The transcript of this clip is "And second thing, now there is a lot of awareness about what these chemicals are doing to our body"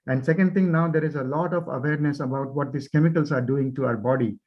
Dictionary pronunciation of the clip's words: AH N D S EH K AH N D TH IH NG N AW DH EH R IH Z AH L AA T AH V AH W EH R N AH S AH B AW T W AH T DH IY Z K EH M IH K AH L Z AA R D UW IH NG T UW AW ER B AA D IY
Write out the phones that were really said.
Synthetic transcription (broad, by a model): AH N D S EH K AH N D T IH NG N AW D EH R IH Z AH L AA T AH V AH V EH R N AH S AH B AW T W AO T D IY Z K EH M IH K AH L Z AA R D UW IH NG T UW AW ER B AA D IY